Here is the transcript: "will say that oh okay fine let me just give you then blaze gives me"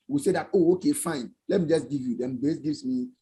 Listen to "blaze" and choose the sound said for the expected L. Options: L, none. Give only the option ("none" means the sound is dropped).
none